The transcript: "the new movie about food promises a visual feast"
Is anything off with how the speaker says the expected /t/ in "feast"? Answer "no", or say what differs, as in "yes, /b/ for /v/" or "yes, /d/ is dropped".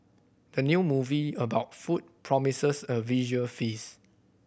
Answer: yes, /t/ is dropped